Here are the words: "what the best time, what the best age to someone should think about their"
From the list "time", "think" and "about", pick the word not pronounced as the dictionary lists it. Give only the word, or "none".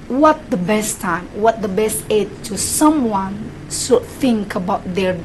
none